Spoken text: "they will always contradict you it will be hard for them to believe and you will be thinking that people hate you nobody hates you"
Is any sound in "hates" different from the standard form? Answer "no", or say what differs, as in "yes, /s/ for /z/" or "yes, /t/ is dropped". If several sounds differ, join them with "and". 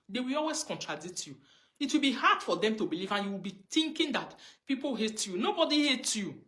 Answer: yes, /s/ is dropped